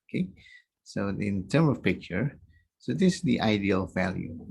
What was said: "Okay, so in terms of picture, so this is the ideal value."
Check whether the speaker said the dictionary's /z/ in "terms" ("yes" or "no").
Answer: no